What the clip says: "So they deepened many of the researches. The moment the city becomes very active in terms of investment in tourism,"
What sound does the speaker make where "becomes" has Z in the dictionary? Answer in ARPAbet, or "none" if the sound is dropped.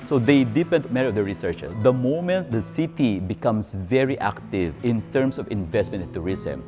S